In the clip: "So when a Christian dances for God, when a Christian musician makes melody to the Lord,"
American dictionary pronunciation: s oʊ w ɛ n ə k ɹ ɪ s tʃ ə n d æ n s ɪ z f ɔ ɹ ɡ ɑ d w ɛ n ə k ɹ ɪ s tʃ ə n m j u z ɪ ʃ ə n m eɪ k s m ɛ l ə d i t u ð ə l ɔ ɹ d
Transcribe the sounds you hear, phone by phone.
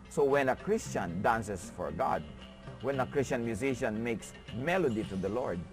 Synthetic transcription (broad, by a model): s oʊ w ɛ n ə k ɹ ɪ s tʃ ə n d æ n s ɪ s f ɔ ɹ ɡ ɑ d w ɛ n ə k ɹ ɪ s tʃ ə n m j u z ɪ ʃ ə n m eɪ k s m ɛ l ə d i t u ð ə l ɔ ɹ d